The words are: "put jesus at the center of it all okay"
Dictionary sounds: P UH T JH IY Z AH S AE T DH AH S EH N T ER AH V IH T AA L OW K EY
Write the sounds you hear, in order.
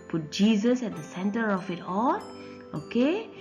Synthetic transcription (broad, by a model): P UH T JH IY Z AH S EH T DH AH S EH N T ER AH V IH T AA N OW K EY